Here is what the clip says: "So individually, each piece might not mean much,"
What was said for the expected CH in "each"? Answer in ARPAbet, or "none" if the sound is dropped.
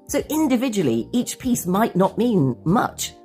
CH